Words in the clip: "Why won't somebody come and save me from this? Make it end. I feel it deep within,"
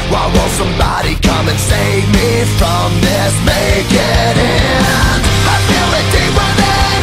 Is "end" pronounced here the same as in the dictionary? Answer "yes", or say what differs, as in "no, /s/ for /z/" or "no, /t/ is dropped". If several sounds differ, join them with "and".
no, /d/ is dropped